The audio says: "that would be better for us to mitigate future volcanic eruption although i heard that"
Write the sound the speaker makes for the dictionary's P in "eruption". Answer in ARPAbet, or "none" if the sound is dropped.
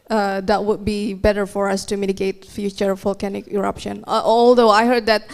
P